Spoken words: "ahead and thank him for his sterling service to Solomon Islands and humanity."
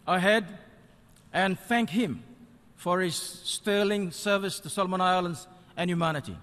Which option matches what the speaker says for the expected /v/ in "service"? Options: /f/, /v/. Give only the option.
/v/